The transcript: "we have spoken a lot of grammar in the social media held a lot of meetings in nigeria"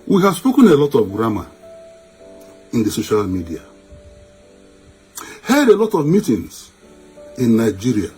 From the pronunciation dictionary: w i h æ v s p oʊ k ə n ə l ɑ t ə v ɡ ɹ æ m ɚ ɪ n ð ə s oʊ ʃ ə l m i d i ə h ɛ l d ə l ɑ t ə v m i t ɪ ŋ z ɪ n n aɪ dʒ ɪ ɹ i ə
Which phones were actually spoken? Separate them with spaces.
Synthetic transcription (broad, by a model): w i h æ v s p oʊ k ə n ə l ɑ t ə v ɡ ɹ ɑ m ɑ ɪ n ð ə s oʊ ʃ ə l m i d i ə h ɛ d ə l ɑ t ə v m i t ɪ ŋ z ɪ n n aɪ dʒ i ɹ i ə